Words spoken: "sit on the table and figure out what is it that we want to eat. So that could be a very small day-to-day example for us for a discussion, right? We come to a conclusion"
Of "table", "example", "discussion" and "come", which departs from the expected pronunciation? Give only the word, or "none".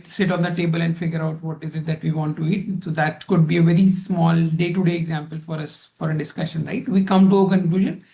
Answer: none